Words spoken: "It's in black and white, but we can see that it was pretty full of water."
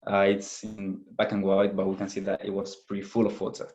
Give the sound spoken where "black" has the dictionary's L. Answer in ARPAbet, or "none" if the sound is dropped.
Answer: none